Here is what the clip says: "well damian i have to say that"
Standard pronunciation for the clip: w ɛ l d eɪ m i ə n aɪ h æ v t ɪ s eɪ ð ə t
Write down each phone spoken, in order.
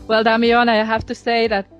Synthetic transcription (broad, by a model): w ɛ l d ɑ m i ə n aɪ h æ f t ɪ s eɪ ð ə t